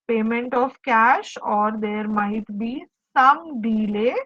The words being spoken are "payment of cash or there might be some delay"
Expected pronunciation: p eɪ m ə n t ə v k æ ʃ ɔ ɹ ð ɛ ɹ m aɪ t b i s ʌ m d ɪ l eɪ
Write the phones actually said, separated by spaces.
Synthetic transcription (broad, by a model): p eɪ m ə n t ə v k æ ʃ ɔ ɹ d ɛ ɹ m aɪ t b i s ʌ m d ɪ l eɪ